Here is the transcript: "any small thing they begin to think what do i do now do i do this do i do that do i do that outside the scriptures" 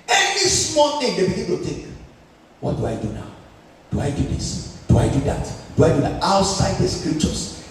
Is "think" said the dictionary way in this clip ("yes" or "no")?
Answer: no